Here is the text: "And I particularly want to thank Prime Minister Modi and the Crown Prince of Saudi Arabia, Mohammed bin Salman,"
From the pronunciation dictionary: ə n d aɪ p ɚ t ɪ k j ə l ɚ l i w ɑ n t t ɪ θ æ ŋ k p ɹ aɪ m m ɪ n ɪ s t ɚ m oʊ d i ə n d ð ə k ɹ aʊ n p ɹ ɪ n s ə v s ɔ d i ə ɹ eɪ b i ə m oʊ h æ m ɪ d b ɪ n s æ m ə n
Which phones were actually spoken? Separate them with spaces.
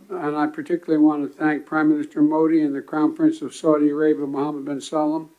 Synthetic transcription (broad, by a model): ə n aɪ p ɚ t ɪ k j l l i w ɑ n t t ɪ θ æ ŋ k p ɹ aɪ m m ɪ n ɪ s t ɚ m oʊ d i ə n ð ə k aʊ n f ɹ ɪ n s ə v s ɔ d i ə ɹ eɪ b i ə m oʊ h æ m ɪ d b ɪ n s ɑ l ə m